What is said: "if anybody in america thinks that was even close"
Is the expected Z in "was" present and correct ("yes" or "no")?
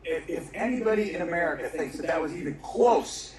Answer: yes